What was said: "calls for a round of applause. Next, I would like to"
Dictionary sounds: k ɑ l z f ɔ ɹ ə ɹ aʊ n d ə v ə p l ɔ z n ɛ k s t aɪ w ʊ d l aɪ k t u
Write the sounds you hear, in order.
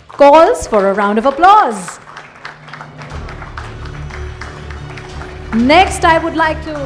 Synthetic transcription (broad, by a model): k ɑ l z f ɔ ɹ ə ɹ aʊ n d ə v ə p l ɔ z n ɛ k s t aɪ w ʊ d l aɪ k t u